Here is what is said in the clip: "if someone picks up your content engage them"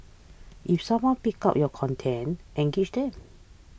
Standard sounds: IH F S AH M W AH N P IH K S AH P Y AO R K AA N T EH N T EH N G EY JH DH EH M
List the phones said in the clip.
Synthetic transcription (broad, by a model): IH F S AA M W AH N P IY K AA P Y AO K AA N T EH N T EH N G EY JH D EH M